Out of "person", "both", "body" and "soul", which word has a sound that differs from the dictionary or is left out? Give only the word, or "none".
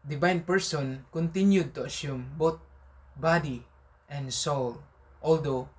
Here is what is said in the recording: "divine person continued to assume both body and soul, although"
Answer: both